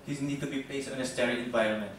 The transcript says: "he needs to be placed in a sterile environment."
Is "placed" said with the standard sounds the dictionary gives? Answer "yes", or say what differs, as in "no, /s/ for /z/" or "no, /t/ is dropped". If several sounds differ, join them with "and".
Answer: no, /l/ is dropped